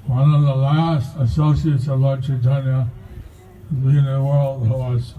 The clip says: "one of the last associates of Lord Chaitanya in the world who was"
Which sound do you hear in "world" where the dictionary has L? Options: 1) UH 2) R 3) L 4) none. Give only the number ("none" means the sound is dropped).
3